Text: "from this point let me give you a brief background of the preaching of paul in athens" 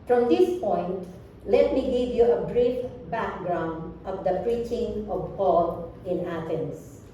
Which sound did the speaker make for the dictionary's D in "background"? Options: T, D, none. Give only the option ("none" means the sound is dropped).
D